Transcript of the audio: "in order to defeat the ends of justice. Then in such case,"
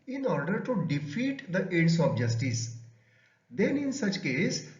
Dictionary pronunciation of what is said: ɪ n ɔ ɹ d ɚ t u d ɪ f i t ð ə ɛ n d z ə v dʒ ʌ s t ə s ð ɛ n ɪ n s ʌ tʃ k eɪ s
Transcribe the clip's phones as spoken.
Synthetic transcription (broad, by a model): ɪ n ɔ ɹ d ɚ t u d ɪ f i t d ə ɛ d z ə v dʒ ʌ s t ə s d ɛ n ɪ n s ʌ tʃ k eɪ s